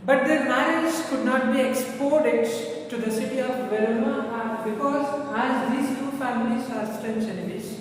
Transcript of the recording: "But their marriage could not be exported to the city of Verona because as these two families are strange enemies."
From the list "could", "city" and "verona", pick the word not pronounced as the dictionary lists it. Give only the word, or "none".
verona